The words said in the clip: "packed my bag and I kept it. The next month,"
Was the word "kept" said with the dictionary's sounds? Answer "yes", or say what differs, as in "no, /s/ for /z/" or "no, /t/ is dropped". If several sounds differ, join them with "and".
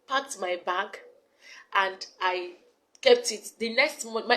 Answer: yes